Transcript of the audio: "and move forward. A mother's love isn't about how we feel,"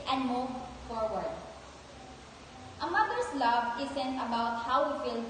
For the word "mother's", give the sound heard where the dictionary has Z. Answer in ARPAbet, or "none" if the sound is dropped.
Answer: S